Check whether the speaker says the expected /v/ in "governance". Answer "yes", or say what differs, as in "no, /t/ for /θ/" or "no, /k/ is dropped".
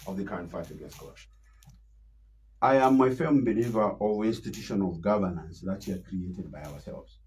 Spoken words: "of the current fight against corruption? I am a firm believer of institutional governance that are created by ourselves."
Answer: yes